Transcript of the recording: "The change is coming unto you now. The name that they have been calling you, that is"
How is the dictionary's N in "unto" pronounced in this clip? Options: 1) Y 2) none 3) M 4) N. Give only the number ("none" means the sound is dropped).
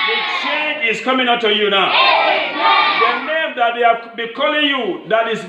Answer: 2